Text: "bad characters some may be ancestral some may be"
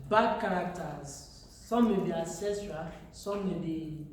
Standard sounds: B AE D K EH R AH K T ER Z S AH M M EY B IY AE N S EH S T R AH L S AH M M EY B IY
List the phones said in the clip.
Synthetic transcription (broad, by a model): B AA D K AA R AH K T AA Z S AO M M EY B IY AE S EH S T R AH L S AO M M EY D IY